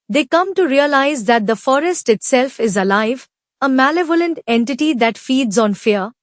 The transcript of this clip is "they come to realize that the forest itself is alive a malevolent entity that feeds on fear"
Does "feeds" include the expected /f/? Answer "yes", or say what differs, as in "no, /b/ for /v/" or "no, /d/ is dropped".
yes